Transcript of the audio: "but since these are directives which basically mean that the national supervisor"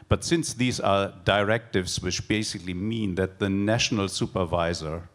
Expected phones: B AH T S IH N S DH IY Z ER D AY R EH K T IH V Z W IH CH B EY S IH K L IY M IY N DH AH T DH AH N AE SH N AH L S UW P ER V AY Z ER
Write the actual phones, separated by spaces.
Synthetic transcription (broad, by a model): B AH T S IH N S DH IY Z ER D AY R EH K T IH V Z W IH CH B EY S IH K L IY M IY N DH AH T DH AH N AE SH N AH L S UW P ER V AY Z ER